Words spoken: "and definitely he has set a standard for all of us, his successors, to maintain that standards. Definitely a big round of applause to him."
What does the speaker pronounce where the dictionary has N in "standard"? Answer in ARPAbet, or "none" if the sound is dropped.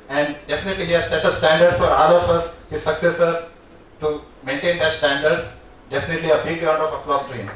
N